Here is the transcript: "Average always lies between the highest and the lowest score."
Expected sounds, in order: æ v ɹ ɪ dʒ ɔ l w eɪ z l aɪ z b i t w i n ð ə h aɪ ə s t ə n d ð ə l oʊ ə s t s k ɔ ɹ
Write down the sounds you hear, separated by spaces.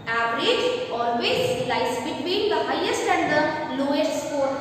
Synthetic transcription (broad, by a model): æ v ɹ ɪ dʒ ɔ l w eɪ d l aɪ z b i t w i n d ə h aɪ ə s t ə n d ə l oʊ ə t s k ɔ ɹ